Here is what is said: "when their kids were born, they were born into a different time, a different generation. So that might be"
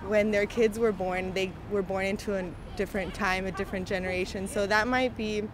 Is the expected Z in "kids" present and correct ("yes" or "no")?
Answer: yes